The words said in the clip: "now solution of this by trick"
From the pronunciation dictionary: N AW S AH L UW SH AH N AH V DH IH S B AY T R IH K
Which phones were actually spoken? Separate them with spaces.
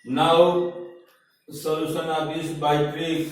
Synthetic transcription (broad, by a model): N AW S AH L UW S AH N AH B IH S B AY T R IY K